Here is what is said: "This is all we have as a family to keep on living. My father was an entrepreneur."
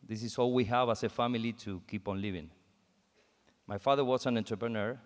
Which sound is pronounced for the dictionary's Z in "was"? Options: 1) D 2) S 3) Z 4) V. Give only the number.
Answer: 2